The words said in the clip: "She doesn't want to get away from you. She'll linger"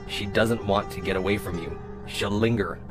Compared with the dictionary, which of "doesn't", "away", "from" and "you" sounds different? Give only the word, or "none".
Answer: none